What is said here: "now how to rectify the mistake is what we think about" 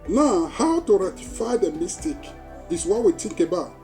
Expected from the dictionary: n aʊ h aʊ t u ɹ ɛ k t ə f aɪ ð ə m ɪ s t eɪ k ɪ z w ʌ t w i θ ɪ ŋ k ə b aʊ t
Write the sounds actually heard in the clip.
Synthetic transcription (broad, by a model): n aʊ h aʊ t u ɹ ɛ t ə f aɪ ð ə m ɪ s t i k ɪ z w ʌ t w i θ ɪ ŋ k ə b aʊ t